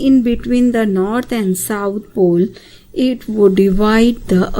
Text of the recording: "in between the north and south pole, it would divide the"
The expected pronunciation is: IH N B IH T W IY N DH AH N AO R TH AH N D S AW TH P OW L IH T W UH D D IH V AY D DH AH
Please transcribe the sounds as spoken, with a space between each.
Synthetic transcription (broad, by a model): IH N B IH T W IY N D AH N AO R T AH N D S AW T P OW L IH T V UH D D IH V AY D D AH